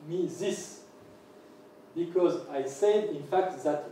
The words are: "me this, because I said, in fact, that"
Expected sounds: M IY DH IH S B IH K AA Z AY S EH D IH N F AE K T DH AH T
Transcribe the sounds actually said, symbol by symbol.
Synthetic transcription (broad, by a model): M IY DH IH S B IH K AA Z AY S EH D IH N F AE K T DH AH T